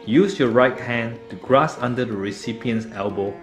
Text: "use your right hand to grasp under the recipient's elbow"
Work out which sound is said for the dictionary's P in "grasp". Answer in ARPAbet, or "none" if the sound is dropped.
none